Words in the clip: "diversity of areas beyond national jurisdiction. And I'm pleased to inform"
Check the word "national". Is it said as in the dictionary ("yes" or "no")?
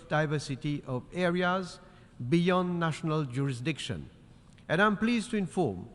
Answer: yes